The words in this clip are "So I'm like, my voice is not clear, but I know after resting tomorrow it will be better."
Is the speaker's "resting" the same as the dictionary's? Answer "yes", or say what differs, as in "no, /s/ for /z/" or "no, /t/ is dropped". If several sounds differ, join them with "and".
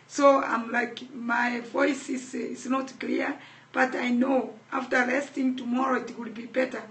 no, /l/ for /ɹ/